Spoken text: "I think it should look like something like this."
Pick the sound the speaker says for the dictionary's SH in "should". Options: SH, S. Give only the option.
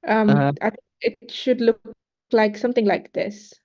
SH